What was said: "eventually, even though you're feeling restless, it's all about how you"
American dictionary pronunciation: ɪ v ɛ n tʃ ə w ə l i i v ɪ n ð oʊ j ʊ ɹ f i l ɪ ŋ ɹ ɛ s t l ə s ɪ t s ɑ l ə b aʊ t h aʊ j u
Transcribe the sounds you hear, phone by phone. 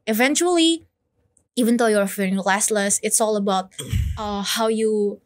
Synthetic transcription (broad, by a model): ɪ v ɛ n tʃ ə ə l i i v ɪ n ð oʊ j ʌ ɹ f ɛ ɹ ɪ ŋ l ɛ s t l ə s ɪ t s ɑ l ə b aʊ t h aʊ j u